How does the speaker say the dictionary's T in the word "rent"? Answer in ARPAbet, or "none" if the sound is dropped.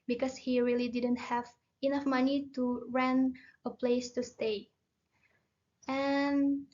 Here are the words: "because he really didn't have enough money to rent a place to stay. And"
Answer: none